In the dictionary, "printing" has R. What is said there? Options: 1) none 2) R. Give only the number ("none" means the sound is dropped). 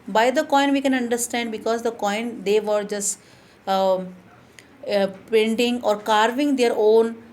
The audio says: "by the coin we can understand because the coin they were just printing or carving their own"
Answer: 1